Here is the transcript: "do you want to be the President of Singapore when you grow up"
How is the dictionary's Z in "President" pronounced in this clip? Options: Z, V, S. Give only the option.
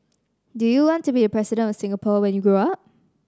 S